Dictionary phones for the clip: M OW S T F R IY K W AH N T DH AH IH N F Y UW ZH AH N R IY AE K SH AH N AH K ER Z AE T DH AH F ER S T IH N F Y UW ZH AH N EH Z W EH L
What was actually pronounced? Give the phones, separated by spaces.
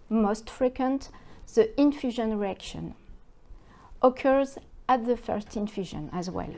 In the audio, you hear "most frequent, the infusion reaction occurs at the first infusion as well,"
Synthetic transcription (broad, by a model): M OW S T F R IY K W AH N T DH AH IH N F Y UW ZH AH N R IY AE K SH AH N AH K ER Z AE T DH AH F ER S T IH N F Y UW ZH AH N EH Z W EH L